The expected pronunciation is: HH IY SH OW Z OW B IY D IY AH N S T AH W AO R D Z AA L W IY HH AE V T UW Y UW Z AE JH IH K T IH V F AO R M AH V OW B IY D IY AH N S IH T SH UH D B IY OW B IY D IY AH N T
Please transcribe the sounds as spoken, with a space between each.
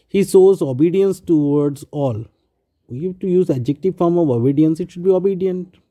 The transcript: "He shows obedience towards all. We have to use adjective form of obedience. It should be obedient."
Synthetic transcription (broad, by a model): HH IY S OW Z OW B IY D IY AH N S T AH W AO R D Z AA L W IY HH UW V T UW Y UW Z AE JH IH K T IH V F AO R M AH V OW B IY D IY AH N S IH T SH UH D B IY OW B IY D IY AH N T